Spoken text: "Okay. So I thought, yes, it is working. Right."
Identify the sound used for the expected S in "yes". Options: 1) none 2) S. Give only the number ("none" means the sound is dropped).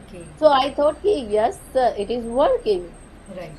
2